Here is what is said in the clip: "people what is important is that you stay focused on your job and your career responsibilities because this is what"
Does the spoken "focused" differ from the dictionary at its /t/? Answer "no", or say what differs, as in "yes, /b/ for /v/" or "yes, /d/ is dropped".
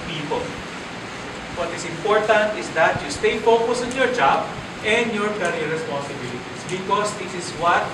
yes, /t/ is dropped